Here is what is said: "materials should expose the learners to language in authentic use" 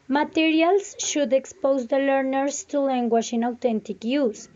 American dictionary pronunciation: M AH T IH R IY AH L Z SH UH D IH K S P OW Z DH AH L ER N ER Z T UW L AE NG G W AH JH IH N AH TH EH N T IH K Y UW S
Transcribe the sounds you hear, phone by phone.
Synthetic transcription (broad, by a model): M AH T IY R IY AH L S SH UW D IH K S P OW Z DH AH L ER N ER S T UW L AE NG G W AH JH IH N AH T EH N T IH K Y UW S